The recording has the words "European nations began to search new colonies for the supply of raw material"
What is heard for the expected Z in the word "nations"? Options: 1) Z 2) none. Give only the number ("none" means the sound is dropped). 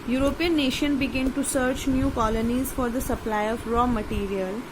2